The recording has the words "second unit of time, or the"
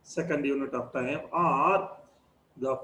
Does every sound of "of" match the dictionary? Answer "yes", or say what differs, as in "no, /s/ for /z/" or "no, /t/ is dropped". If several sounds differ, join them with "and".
no, /p/ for /v/